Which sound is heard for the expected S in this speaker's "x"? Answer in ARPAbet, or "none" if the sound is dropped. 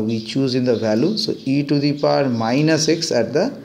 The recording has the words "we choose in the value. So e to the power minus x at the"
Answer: S